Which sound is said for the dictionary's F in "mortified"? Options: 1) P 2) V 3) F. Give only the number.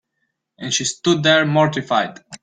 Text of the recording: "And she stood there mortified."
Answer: 3